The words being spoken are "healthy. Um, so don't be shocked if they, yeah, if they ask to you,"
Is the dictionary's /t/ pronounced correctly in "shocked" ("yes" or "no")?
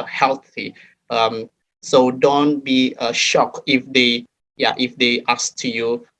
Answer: no